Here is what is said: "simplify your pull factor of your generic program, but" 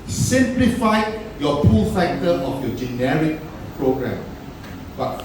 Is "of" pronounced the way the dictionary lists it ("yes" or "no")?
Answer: no